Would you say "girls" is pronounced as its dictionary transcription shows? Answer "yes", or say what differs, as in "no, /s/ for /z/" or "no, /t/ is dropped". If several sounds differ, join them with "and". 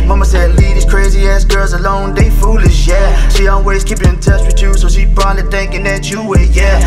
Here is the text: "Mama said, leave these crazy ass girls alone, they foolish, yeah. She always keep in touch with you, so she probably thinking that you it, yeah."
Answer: yes